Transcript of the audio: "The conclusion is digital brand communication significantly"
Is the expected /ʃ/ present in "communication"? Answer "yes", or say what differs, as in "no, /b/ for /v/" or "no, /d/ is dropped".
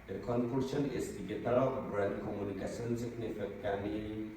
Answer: no, /s/ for /ʃ/